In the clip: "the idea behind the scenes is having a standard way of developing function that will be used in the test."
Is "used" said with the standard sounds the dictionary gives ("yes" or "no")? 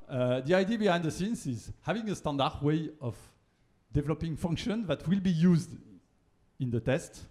yes